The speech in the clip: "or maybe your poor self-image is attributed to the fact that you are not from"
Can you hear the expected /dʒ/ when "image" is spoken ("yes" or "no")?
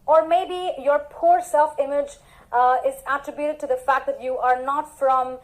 yes